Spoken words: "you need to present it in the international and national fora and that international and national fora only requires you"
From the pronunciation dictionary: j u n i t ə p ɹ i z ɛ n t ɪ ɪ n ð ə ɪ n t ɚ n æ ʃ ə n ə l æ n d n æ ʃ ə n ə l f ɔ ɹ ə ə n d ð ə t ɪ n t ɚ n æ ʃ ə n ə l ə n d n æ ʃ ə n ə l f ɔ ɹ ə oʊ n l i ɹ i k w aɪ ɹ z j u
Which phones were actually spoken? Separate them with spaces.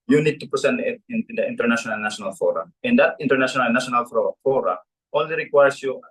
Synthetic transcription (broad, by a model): j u n i t ə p i s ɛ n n ɪ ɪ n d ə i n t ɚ n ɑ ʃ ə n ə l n n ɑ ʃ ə n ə l f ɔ ɹ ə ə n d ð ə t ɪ n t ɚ n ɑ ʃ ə n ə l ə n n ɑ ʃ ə n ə l f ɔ ɹ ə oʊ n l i ɹ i k w aɪ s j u